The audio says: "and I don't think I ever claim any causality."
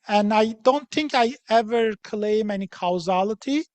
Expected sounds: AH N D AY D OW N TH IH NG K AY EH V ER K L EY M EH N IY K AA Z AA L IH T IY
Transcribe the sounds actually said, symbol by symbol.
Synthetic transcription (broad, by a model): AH N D AY D OW N TH IH NG K AY EH V ER K L EY M EH N IY K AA Z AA L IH T IY